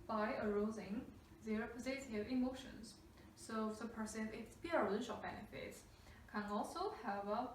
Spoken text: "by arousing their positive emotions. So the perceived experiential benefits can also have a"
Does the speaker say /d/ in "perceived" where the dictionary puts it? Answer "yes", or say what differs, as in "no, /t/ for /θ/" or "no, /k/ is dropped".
no, /d/ is dropped